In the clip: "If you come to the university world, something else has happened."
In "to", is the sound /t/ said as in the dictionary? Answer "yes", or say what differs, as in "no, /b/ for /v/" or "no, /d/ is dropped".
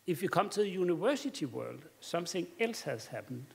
no, /s/ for /t/